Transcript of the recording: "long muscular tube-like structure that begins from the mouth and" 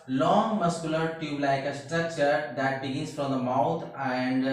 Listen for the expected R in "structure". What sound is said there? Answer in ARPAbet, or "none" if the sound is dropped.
none